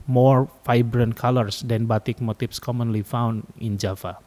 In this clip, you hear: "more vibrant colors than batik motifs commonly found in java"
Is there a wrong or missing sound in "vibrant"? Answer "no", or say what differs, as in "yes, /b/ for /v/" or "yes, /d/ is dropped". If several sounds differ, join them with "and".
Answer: yes, /f/ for /v/